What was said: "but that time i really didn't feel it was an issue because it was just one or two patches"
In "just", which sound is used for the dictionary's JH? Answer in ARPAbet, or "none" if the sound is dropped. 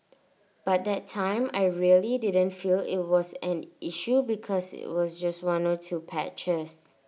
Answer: JH